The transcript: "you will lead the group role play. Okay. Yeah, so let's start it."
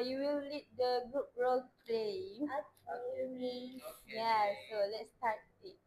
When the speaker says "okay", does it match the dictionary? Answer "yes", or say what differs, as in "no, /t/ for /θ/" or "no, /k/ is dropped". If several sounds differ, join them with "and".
no, /k/ is dropped